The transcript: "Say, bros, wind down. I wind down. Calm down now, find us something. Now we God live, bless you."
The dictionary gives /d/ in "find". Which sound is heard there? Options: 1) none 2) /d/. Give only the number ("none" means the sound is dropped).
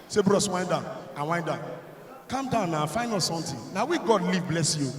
1